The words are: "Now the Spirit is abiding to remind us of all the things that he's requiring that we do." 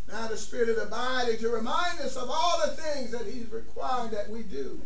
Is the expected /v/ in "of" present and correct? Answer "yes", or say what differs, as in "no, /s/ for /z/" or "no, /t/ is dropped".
yes